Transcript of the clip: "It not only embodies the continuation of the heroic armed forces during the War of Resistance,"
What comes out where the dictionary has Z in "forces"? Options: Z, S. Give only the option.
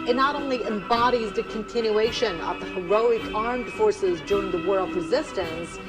Z